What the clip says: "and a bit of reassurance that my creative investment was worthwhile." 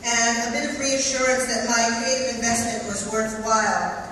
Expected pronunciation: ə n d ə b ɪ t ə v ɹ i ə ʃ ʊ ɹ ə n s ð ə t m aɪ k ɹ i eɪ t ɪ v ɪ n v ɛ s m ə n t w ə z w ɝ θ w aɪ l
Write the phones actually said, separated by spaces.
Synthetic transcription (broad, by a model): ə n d ə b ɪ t ə v ɹ i ə ʃ ʊ ɹ ə n s ð ə t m aɪ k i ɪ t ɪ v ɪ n v ɛ s m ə n t w ə z w ɝ θ w aɪ l